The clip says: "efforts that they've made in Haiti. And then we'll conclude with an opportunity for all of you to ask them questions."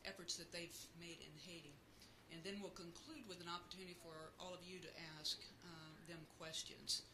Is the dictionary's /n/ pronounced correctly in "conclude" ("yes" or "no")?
yes